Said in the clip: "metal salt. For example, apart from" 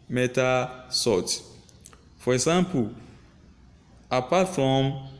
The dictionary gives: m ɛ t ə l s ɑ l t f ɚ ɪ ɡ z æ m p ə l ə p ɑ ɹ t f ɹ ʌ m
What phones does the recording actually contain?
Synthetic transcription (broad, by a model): m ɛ t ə s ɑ t f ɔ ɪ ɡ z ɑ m p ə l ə p ɑ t f ɹ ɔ m